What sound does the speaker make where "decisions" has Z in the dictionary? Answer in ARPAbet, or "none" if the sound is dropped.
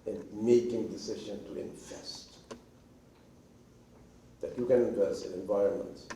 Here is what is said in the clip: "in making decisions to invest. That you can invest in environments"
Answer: none